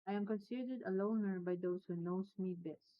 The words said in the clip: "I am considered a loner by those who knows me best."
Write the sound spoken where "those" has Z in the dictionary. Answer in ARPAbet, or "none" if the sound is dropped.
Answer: S